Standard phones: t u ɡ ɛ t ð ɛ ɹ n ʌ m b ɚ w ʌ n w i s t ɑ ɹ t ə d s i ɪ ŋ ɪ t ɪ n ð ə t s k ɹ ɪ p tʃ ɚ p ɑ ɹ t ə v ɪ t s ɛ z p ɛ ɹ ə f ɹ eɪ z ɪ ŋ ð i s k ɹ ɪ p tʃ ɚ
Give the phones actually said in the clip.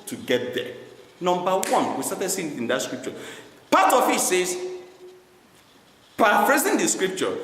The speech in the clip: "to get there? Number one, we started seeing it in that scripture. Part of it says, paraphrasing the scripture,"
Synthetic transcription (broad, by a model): t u ɡ ɛ t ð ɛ n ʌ m b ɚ w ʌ n w i s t ɑ t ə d s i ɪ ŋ ɪ t ɪ n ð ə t s k ɹ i p tʃ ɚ p ɑ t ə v ɪ t s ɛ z p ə p ɹ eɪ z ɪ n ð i s k ɹ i p tʃ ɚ